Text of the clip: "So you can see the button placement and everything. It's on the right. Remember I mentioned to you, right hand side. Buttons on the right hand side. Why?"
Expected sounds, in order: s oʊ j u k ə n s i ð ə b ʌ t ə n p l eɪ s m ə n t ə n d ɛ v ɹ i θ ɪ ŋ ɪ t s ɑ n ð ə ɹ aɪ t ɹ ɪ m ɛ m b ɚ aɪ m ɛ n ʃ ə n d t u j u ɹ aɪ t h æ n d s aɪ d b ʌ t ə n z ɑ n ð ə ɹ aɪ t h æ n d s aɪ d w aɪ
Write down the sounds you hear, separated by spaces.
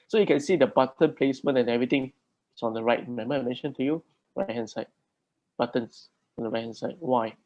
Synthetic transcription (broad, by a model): s oʊ j u k ə n s i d ə b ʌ t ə n p l eɪ s m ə n ə n ɛ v ɹ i t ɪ ŋ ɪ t s ɑ n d ə ɹ aɪ t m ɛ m ɚ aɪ m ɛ n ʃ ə n t u j u ɹ aɪ t h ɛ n s aɪ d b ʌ t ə n s ɑ n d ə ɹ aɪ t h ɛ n s aɪ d w aɪ